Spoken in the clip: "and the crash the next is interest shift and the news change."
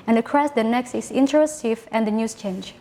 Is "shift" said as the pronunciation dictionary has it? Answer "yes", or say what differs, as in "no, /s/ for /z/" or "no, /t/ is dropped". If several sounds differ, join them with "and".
no, /t/ is dropped